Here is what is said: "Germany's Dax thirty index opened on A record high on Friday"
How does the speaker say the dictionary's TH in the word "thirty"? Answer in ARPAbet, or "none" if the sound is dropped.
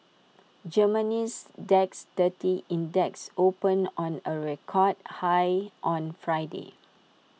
T